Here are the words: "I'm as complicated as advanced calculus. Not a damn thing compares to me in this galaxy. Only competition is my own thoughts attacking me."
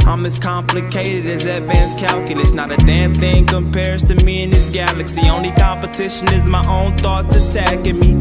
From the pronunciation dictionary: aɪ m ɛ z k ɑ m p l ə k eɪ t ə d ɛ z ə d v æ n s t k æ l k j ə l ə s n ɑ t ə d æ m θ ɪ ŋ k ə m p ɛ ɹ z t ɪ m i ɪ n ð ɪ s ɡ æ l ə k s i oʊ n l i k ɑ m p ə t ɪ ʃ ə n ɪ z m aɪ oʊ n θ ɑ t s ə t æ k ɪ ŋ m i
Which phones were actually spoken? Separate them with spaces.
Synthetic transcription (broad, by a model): aɪ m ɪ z k ɑ m p l ə k eɪ t ə d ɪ z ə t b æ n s k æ l k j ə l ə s n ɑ t ə d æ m θ ɪ ŋ k ə m p ɛ ɹ z t ɪ m i ɪ n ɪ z ɡ æ l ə k s i oʊ n l i k ɑ m p ə t ɪ ʃ ə n ɪ z m aɪ oʊ n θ ɑ t ə t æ k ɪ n m i